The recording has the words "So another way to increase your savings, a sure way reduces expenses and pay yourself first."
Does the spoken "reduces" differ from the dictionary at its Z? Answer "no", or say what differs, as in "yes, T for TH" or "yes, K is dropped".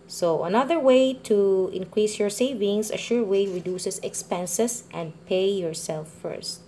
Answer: yes, S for Z